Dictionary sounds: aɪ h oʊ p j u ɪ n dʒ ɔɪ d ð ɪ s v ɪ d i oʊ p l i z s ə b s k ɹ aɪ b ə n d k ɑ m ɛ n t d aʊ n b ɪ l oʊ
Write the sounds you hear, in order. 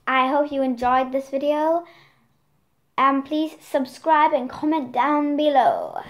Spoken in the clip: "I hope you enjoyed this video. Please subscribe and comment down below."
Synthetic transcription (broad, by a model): aɪ h oʊ p j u ɪ n dʒ ɔɪ d ð ɪ s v ɪ d i oʊ p l i z s ə b s k ɹ aɪ b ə n k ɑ m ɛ n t d aʊ n b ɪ l oʊ